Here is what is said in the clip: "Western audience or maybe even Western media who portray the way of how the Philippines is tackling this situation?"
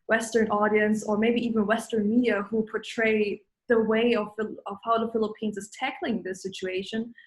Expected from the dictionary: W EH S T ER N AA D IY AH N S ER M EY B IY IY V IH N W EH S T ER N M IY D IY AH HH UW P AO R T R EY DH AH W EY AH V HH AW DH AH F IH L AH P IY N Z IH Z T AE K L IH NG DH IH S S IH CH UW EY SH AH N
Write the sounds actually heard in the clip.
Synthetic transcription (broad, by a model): W EH S T ER N AA D IY AH N S ER M EY B IY IY V IH N W EH S T ER N M IY D IY AH HH UW P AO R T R EY DH AH W EY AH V HH AW DH AH F IH L AH P IY N Z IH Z T AE K L IH NG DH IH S S IH CH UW EY SH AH N